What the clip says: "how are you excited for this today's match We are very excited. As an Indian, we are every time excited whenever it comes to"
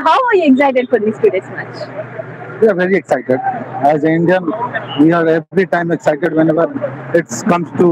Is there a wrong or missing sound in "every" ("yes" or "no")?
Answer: yes